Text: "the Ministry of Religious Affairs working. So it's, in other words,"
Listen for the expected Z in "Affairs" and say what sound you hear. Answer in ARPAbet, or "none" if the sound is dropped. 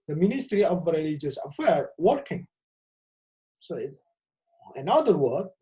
none